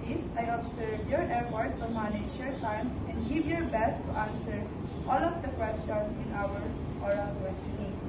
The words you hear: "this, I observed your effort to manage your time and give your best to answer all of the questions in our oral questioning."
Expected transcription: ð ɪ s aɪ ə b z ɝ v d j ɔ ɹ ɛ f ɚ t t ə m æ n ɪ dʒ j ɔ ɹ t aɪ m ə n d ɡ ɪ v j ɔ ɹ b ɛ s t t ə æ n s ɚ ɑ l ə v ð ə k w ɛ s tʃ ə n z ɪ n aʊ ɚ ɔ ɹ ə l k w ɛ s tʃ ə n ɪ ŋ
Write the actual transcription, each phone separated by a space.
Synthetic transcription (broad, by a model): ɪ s aɪ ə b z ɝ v j ɔ ɹ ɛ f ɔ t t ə m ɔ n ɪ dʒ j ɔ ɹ t aɪ m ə n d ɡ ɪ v j ɔ ɹ b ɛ s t t ə n s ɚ ɑ l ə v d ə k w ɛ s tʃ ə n ɪ n aʊ ɚ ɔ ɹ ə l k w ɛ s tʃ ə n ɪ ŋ